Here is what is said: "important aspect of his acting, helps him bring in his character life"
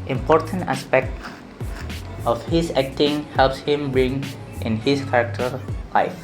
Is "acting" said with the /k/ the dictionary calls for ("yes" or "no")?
yes